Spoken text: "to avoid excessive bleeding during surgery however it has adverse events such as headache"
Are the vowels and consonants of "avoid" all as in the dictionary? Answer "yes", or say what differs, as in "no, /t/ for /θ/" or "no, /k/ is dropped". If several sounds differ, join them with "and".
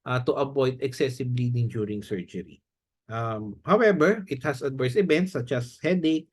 no, /b/ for /v/